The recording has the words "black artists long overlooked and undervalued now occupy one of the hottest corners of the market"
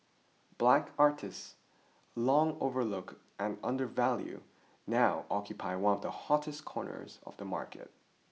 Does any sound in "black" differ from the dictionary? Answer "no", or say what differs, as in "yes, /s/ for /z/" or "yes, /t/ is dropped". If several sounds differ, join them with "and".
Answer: no